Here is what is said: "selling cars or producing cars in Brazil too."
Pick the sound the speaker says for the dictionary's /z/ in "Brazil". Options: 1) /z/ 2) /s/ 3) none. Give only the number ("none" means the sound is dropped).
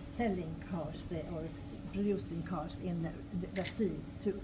2